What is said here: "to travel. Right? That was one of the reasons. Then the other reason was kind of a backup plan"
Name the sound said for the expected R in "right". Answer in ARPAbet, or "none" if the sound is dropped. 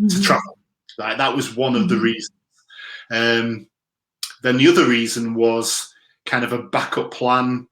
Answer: L